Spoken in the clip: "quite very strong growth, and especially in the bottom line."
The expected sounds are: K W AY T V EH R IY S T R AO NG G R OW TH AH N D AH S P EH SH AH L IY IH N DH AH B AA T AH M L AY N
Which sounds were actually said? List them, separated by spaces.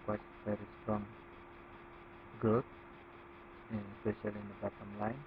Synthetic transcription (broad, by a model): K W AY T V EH R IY S T R AO NG G OW T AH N S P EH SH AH L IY IH N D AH B AA T AH M L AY N